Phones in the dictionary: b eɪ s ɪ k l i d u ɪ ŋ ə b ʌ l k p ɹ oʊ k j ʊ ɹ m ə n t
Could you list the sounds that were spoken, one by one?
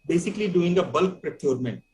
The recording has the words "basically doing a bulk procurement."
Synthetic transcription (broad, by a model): b eɪ s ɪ k l i d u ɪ ŋ ə b ʌ l k p ɹ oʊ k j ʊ ɹ m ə n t